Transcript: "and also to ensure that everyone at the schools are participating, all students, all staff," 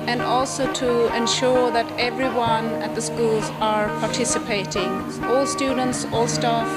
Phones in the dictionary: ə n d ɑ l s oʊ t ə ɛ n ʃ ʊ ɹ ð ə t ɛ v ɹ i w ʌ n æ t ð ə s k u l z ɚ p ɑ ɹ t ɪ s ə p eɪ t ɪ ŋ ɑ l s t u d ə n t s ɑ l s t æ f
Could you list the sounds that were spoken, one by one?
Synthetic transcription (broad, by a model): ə n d ɑ l s oʊ t ə ɛ n ʃ ʊ ɹ ð ə t ɛ v ɹ i w ʌ n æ t ð ə s k u l z ɚ p ɑ ɹ t ɪ s ə p eɪ t ɪ ŋ ɑ l s t u d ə n t s ɑ l s t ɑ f